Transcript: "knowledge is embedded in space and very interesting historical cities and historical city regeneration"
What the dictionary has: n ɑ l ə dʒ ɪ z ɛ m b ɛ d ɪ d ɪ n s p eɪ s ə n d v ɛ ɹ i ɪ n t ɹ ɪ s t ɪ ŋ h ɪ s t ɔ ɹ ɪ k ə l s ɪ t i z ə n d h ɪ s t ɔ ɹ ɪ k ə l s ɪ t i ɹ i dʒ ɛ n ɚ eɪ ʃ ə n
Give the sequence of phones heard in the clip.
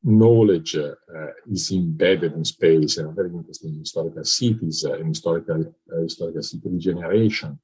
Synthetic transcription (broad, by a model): n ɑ l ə dʒ ɪ z ɛ m b ɛ d ɪ d ɪ n s p eɪ s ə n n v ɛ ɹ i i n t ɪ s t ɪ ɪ s t ɔ ɹ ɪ k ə l s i t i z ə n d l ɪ s t ɔ ɹ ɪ k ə l s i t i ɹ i dʒ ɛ n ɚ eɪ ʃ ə n